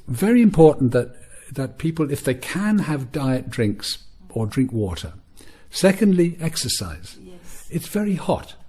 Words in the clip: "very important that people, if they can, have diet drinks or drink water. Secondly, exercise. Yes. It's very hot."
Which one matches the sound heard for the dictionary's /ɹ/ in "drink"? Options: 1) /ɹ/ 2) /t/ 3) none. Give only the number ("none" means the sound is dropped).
1